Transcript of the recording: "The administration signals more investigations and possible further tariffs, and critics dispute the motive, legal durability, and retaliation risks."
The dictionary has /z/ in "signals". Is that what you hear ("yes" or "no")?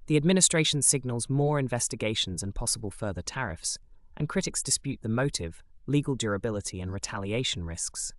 yes